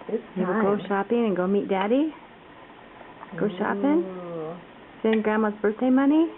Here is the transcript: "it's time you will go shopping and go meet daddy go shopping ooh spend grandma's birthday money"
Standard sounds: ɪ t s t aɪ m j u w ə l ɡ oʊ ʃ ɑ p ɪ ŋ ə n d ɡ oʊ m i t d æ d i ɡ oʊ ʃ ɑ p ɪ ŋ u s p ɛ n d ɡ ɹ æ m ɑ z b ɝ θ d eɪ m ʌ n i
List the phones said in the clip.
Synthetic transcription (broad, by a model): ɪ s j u w ə l ɡ oʊ ʃ ɑ p ɪ ŋ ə n ɡ oʊ m i t d æ d i ɡ oʊ ʃ ɑ p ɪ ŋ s ɛ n ɡ ɹ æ m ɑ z b ɝ θ d eɪ m ʌ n i